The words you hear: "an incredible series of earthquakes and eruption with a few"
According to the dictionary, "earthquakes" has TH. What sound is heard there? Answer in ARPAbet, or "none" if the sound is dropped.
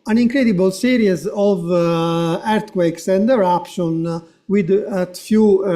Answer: T